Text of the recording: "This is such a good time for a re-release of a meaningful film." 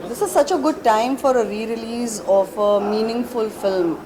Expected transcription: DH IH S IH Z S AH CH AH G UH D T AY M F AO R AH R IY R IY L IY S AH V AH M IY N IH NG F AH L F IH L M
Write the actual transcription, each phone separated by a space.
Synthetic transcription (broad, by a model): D IH S IH Z S AH CH AH G UH D T AY M F AO R AH R IY R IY L IY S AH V AH M IY N IH NG F AH L F IH L M